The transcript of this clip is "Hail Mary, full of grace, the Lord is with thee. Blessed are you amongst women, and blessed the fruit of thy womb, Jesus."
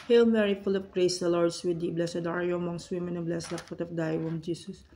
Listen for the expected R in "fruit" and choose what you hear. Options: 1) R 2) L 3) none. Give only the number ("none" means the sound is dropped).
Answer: 3